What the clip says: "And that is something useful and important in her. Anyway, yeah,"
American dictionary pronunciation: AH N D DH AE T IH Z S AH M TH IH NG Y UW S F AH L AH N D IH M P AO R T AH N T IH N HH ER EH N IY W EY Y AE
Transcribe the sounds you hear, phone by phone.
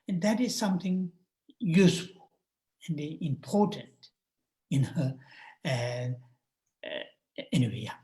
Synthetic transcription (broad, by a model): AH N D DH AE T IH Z S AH M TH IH NG Y UW S F AH L AH N D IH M P AO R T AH N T IH N HH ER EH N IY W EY